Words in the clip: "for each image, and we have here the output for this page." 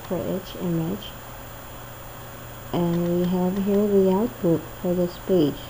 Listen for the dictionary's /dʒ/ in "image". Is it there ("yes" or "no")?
no